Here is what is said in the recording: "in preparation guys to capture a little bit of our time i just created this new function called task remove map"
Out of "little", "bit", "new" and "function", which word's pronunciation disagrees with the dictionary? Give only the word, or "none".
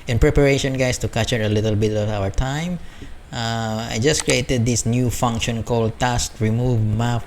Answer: none